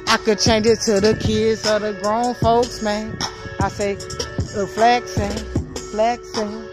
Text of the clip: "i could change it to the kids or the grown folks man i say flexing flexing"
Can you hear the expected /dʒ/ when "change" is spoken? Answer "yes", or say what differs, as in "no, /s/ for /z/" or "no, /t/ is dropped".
yes